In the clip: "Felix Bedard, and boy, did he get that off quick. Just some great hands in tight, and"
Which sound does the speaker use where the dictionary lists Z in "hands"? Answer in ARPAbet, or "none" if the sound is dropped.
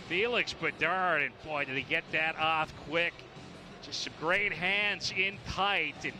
Z